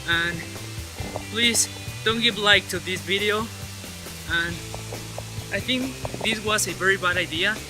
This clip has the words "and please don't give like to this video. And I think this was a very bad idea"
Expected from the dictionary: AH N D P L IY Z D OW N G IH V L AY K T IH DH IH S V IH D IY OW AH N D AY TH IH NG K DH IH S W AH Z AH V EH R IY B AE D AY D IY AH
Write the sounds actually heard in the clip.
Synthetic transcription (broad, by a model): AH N P L IY Z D OW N G IH V L AY K T IH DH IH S V IH D IY OW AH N AY TH IH NG K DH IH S W AH Z AH V EH R IY B AE D AY D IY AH